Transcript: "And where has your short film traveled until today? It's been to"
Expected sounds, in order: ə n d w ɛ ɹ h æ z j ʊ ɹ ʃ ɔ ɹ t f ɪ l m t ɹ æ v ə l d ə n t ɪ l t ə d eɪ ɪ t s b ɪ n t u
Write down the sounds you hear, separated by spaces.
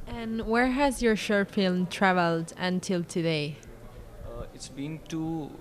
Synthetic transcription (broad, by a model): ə n w ɛ ɹ h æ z j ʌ ɹ ʃ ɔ ɹ f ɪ l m t ɹ æ v ə l d ə n t ɪ l t ə d eɪ ɪ t s b ɪ n t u